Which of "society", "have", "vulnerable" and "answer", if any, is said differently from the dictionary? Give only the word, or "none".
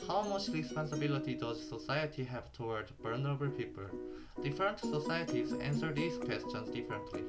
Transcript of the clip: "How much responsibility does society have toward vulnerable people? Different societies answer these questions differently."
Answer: vulnerable